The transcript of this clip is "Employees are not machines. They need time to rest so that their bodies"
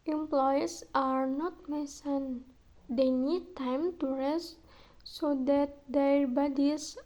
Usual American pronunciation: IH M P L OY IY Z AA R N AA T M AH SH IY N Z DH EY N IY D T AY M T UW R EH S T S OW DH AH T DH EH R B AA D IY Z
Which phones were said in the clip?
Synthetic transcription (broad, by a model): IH M P L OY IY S AA R N AA T M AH S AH N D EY N IY D T AY M T UW R EH S T S OW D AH T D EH R B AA D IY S